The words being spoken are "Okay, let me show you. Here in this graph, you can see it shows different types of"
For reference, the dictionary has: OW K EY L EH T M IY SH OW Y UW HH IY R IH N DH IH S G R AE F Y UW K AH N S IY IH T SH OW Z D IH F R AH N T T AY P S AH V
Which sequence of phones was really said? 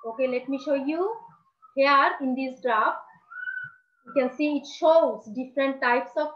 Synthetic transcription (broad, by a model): OW K EY L EH T M IY SH OW Y UW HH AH R IH N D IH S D R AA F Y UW K AH N S IY IH T SH OW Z D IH F R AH N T T AY P S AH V